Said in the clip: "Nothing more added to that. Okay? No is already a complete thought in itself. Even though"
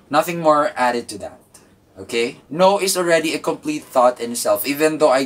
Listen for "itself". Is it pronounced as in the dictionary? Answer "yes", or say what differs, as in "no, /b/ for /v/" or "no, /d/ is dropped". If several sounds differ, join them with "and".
yes